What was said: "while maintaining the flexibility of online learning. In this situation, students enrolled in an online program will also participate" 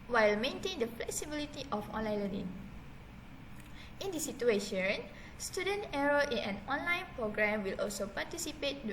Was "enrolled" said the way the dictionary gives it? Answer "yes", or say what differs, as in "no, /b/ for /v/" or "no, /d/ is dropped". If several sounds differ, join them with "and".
no, /n/ is dropped and /d/ is dropped